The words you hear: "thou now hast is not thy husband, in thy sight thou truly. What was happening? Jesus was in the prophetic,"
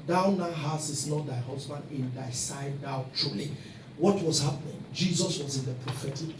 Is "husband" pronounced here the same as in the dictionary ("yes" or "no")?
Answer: yes